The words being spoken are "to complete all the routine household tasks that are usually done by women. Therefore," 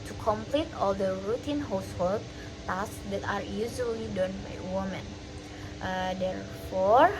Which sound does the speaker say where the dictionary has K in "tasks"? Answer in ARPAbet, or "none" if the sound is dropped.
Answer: none